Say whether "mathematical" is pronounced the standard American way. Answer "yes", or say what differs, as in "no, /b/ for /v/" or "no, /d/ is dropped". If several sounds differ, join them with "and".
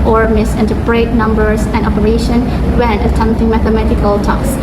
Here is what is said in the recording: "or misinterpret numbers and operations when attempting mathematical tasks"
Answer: yes